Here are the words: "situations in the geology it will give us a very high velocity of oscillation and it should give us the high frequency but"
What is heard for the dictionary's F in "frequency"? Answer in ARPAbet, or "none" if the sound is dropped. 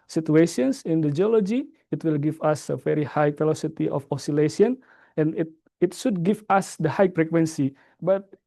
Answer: P